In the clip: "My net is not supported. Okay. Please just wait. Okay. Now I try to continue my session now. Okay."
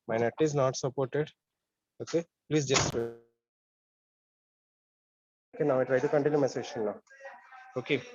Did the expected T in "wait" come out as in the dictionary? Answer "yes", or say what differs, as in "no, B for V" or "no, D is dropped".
no, T is dropped